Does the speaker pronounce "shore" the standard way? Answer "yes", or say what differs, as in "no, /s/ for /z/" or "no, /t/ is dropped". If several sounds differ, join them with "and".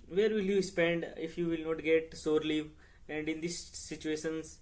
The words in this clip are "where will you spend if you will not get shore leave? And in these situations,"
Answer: no, /s/ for /ʃ/